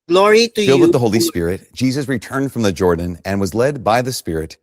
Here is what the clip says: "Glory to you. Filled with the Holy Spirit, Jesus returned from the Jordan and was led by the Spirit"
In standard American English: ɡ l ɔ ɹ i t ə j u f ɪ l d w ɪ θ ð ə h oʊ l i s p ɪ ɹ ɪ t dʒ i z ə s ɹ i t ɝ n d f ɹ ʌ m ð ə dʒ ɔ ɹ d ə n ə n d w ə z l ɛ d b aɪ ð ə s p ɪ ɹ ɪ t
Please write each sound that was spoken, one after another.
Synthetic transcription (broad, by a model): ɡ l ɔ ɹ i t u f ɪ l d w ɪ ð ə h oʊ l i s p ɪ ɹ ɪ t dʒ i z ə s ɹ i t ɝ n d f ɹ ʌ m ð ə dʒ ɔ ɹ d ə n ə n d w ə z l ɛ d b aɪ ð ə s p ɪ ɹ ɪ t